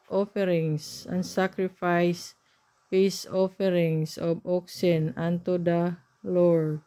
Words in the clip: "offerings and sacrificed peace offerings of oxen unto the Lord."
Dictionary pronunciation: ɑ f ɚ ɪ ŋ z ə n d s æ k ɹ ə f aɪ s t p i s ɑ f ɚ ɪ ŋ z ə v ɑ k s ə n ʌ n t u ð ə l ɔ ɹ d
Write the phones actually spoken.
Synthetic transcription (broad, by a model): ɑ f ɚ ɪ ŋ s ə n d s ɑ k ɹ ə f aɪ s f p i s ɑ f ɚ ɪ ŋ s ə b ɑ k s ə n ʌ n t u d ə l ɔ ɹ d